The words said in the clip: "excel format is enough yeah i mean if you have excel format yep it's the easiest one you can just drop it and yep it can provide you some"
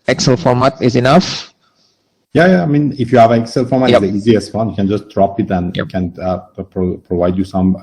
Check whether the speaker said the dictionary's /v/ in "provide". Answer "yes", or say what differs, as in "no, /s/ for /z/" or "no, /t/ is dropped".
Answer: yes